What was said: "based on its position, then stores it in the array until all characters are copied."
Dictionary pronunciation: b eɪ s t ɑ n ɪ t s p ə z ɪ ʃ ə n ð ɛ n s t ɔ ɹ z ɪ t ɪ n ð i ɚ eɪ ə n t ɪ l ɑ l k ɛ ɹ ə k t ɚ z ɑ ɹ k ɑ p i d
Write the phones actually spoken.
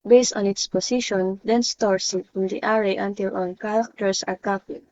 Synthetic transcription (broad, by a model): b eɪ s t ɑ n ɪ t s p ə s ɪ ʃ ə n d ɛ n s t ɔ ɹ s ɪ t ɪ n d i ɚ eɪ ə n t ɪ l ɑ l k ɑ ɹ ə k t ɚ s ɑ ɹ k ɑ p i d